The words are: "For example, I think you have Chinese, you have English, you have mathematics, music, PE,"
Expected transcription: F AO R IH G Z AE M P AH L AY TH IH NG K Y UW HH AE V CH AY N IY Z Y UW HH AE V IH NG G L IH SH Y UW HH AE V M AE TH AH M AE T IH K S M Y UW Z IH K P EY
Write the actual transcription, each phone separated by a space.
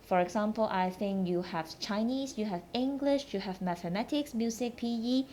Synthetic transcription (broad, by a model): F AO R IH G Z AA M P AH L AY TH IH NG K Y UW HH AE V CH AY N IY S Y UW HH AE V IH NG G L IH SH Y UW HH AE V M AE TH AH M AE T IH K S M Y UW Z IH K P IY